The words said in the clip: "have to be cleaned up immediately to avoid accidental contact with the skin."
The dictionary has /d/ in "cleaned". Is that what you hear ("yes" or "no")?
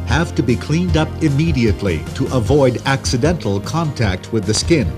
yes